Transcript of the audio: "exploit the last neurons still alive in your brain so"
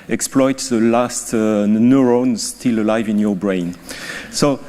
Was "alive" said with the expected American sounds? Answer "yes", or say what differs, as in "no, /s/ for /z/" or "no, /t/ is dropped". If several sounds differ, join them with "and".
yes